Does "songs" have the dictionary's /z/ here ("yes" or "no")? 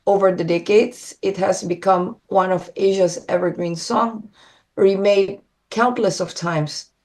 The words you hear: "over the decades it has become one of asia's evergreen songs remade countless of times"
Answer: no